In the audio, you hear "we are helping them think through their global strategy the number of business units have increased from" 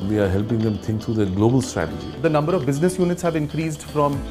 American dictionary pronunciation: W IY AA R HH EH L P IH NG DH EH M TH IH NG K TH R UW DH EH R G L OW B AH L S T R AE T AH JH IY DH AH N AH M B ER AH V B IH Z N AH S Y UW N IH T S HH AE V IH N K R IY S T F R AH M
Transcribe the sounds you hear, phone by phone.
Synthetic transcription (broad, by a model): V IY AA R HH EH L P IH NG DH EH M T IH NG K T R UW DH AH G L OW B AH L S T R AE T AH JH IY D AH N AH M B ER AH V B IH Z N AH S Y UW N IH T S HH AE V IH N K R IY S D F R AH M